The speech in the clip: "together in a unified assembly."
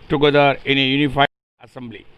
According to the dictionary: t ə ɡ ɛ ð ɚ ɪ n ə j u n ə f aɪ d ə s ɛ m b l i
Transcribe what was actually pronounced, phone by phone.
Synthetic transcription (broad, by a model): t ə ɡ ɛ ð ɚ ɪ n ə j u n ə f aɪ ə s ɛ m b l i